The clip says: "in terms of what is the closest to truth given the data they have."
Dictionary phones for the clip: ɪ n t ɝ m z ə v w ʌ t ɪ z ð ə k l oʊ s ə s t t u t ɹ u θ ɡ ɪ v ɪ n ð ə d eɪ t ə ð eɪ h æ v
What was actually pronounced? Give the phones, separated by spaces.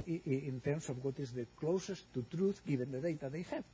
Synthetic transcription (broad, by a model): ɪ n t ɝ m s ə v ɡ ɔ t ɪ z ð ə k l oʊ s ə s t t u t ɹ u θ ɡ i b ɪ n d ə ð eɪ t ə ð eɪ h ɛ